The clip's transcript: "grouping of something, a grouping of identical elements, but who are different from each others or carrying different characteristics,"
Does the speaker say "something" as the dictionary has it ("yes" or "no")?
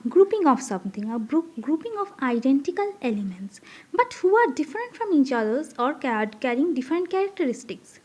no